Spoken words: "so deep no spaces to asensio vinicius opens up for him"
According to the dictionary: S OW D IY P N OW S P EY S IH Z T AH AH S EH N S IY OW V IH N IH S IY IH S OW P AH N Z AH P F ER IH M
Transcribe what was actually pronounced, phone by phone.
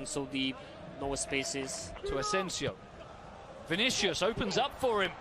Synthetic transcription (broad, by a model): S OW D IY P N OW S P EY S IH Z T AH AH S EH N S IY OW V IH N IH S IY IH S OW P AH N Z AH P F ER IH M